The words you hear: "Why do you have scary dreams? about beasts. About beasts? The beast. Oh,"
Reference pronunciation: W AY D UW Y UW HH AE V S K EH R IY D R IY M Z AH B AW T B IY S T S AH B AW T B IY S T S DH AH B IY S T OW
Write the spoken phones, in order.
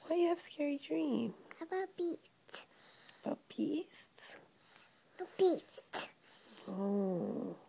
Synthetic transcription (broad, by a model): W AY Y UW HH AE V S K EH R IY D R IY M AH B AW T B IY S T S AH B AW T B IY S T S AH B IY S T OW